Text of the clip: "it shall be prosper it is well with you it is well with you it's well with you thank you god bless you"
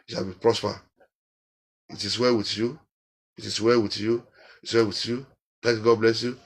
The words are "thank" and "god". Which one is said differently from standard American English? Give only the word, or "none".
thank